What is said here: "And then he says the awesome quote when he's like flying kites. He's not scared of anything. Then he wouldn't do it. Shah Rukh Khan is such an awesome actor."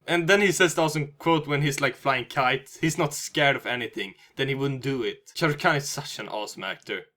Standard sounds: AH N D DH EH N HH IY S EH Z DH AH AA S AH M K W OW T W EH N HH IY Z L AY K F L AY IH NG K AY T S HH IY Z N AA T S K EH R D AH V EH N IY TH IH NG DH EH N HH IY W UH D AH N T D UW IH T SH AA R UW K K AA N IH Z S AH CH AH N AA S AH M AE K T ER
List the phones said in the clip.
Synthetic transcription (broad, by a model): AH N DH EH N HH IY S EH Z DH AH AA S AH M K W OW T W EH N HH IY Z L AY K F L AY IH NG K AY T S HH IY Z N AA T S K EH R D AH V EH N IY TH IH NG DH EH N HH IY W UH D N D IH IH T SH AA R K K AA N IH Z S AH CH AH N AA S AH M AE K T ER